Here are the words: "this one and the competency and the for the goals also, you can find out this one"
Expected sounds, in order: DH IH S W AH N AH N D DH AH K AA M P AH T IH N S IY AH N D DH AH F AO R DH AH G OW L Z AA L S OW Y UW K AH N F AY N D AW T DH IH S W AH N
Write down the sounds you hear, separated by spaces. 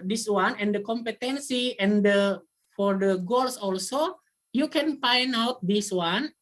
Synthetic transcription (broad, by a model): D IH S W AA N AH N D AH K AA M P AH T IH N S IY AH N D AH F AO R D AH G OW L S AA L S OW Y UW K AH N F AY N AW T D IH S W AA N